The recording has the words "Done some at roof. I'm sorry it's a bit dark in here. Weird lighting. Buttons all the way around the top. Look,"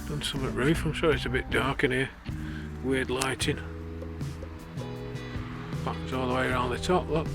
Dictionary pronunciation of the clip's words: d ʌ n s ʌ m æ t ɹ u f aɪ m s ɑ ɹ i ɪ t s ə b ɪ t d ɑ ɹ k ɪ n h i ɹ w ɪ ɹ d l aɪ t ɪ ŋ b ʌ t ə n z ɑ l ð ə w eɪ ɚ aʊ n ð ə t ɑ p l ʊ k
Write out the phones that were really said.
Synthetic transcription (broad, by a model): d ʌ n s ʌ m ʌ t ɹ u f aɪ m ʃ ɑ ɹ ɪ t s ə b ɪ t d ɑ ɹ k ɪ n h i w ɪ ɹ d l aɪ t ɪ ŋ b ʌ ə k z ɑ l ð ə w eɪ ɚ aʊ n ð ə t ɑ p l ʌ